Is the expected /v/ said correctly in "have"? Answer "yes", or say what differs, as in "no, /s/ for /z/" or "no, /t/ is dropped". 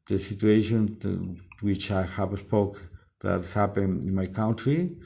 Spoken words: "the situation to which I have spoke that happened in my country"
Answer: no, /p/ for /v/